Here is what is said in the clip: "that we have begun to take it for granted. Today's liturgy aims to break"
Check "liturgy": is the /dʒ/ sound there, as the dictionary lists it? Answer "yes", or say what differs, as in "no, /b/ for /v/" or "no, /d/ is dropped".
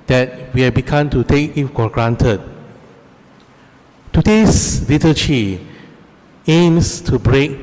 no, /tʃ/ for /dʒ/